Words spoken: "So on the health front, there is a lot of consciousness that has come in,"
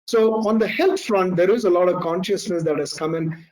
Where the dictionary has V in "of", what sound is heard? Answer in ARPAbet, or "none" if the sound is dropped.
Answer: V